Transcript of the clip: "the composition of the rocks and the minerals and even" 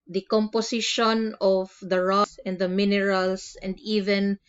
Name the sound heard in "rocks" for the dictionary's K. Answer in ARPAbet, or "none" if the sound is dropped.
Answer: none